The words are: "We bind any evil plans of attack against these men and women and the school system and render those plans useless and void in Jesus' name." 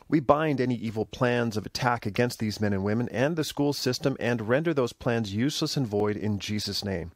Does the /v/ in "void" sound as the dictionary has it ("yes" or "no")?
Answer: yes